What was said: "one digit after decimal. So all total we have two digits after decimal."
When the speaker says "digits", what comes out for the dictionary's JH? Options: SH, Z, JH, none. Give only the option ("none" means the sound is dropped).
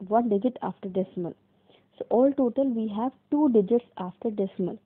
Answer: JH